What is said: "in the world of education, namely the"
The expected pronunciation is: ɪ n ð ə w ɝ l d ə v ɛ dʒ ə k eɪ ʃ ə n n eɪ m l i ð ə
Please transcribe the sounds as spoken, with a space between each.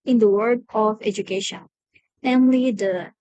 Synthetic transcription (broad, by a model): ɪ n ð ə w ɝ d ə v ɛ dʒ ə k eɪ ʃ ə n n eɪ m l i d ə